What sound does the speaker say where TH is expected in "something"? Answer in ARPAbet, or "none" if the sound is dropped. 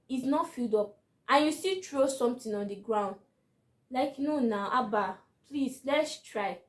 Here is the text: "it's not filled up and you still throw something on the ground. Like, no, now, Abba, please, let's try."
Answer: T